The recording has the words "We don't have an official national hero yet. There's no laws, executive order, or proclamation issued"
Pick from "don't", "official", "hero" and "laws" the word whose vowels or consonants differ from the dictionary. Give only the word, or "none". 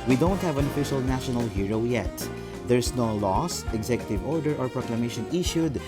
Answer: laws